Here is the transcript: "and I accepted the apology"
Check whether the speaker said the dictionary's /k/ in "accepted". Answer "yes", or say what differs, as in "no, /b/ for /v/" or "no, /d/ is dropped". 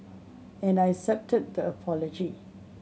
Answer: no, /k/ is dropped